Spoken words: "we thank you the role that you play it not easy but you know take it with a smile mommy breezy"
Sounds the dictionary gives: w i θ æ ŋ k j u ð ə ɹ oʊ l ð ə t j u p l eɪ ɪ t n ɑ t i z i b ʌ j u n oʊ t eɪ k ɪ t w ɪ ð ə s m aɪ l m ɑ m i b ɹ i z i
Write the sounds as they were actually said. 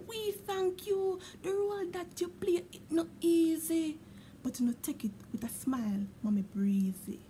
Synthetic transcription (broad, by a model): w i θ æ ŋ k j u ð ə ɹ oʊ l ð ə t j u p l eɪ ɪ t n ɑ t i z i b ʌ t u n oʊ t eɪ k ɪ t w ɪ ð ə s m aɪ l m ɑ m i b ɹ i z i